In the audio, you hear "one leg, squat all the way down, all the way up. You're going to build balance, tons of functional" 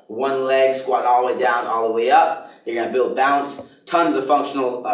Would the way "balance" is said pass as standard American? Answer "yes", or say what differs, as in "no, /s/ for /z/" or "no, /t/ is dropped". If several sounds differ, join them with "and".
no, /l/ is dropped